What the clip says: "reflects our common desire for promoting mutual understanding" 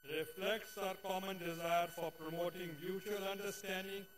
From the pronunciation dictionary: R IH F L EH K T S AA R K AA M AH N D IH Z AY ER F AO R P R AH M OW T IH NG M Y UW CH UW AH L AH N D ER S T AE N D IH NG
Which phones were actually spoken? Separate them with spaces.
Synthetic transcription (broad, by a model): R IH F L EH K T S AA R K AA M AH N D IH Z AY ER F AO R P R AH M OW T IH NG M Y UW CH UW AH L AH N D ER S T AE N D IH NG